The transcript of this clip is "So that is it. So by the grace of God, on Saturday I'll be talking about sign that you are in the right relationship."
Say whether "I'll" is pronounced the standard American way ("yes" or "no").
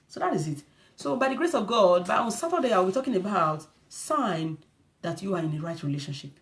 no